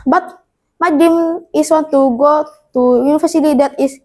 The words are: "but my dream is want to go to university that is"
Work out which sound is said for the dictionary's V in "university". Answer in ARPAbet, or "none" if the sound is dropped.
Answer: F